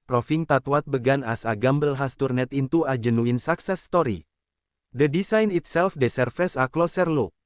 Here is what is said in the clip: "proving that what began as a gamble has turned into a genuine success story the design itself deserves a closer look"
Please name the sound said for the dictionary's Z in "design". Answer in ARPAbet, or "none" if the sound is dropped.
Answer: S